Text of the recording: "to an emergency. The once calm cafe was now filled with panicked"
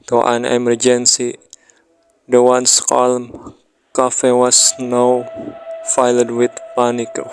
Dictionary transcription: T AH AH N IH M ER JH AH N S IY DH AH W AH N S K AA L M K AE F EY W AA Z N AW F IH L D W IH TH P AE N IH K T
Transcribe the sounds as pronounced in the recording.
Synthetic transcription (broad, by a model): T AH AH N IH M ER JH AH N S IY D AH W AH N S K AA L M K AE F EY W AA S N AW F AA L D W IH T P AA N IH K